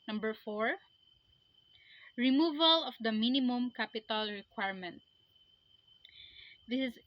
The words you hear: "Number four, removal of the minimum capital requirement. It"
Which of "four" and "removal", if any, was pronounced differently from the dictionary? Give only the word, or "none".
none